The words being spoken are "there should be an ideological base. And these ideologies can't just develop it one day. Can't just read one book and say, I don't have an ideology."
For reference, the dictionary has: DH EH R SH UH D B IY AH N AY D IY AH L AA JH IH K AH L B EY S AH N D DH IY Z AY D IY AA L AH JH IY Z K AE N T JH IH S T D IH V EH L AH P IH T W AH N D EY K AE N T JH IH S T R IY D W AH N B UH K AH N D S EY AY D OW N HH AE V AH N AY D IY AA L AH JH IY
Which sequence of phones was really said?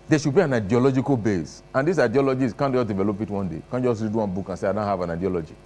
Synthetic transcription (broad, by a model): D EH SH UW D B IY AH N AY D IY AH L AA JH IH K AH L B EY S AH N D IY S AY D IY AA L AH JH IY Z K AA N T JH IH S D IH V EH L AH P IH T W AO N D EY K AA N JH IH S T R IY D W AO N B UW K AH N S EY AY D OW N HH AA V AH N AY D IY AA L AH JH IY